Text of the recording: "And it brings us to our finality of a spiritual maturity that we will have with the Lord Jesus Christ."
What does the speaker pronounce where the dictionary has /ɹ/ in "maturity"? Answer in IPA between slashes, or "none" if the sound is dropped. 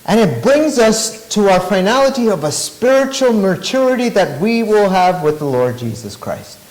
/ɹ/